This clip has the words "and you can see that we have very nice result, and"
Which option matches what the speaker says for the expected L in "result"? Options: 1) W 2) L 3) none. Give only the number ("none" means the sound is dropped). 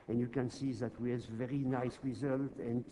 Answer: 2